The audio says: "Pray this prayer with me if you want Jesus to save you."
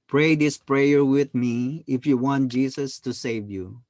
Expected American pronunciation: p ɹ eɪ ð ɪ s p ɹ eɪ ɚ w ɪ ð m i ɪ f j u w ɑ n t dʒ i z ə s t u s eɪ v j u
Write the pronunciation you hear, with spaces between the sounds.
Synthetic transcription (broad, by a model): p ɹ eɪ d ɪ s p ɹ eɪ ɚ w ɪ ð m i ɪ f j u w ɑ n t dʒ i s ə s t u s eɪ v j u